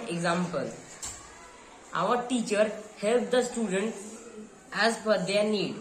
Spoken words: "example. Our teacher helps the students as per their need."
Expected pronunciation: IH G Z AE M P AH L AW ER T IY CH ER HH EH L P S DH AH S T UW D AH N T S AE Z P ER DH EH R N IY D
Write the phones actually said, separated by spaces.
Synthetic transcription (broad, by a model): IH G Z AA M P AH L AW ER T IY CH ER HH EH L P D AH S T UW D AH N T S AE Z F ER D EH R N IY D